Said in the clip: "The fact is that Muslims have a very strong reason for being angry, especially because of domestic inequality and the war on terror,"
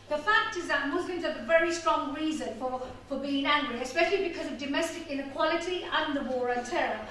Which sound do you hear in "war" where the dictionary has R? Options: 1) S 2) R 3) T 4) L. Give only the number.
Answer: 2